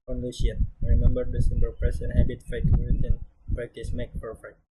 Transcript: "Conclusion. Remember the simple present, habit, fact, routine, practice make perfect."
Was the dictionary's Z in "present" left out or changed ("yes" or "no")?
yes